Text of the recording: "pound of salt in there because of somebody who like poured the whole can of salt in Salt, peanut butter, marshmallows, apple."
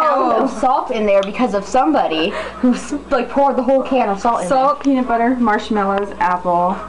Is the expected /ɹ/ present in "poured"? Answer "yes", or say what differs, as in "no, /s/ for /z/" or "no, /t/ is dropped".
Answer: yes